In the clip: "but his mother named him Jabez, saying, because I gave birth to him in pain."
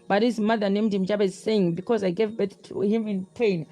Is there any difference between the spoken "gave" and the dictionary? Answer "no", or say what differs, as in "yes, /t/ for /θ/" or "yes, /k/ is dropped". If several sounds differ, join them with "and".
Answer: no